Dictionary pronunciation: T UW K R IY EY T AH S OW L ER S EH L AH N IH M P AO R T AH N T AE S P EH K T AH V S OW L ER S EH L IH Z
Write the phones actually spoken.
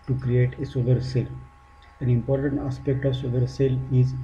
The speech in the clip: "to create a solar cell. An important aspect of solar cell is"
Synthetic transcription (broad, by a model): T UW K R IY EY T AH S OW L ER S EH L AH N IH M P AO R T AH N T AE S P EH K T AH V S OW L ER S EH L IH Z